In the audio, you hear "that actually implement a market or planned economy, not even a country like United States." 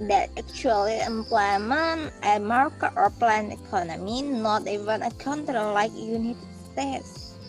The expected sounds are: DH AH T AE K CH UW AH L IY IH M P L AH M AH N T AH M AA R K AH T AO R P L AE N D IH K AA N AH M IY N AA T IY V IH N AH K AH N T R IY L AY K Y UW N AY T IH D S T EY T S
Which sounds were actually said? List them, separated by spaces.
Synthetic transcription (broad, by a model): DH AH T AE K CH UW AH L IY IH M P L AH M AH N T AH M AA R K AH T AO R P L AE N IH K AA N AH M IY N AA T IY V IH N AH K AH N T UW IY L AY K Y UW N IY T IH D S T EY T S